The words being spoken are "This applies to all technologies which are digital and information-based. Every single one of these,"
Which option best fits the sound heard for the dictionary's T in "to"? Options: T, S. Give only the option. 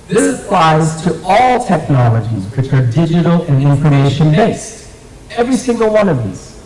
T